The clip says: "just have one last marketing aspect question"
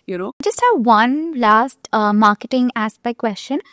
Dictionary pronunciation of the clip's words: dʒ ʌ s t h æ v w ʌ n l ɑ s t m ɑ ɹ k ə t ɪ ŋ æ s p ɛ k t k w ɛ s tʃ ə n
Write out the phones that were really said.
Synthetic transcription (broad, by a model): dʒ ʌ s t h æ v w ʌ n l ɑ s t m ɑ ɹ k ə t ɪ ŋ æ s b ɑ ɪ k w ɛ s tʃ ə n